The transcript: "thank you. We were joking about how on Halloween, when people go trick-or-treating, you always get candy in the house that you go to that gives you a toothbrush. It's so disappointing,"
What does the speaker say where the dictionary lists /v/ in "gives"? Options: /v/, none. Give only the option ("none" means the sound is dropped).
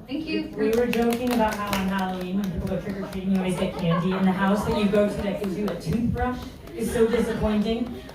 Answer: none